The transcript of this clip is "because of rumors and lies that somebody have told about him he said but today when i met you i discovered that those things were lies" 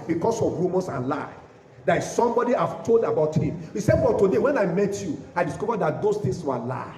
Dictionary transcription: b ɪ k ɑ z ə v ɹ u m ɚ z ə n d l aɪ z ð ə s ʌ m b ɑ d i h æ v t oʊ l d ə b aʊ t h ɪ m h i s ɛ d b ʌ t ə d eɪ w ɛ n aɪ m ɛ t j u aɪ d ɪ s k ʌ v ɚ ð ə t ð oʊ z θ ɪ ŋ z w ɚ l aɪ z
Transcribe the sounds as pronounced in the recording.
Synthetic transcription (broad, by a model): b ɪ k ɑ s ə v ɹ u m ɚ s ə n l aɪ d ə s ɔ m b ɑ d i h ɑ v t oʊ l d ə b aʊ t h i m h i s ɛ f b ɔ t ə d eɪ w ɛ n aɪ m ɛ t j u aɪ d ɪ s k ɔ v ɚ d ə t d oʊ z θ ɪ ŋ s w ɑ l aɪ